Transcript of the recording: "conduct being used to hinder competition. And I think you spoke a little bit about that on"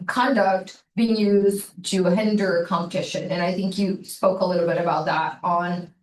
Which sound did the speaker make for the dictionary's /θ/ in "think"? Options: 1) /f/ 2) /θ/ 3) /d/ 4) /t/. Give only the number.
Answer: 2